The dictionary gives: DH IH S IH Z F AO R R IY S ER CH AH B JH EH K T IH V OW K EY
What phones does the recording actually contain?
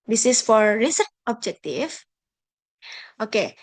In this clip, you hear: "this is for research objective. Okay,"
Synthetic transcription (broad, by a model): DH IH S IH S F AO R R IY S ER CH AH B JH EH K T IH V OW K EY